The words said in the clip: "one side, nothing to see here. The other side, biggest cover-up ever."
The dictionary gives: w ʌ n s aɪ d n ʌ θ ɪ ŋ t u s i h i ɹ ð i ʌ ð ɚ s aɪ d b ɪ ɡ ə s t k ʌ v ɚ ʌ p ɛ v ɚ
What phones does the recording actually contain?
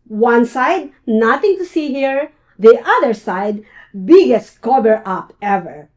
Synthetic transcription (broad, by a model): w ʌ n s aɪ d n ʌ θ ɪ ŋ t u s i h i ɹ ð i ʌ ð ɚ s aɪ d b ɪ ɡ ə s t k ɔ b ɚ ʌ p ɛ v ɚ